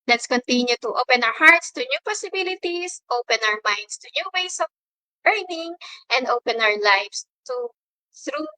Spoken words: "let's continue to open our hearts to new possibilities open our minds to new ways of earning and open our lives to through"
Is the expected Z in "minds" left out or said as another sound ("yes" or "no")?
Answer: yes